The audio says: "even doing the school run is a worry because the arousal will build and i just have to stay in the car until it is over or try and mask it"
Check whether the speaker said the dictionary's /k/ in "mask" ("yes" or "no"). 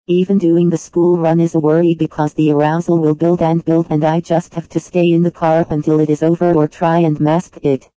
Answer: yes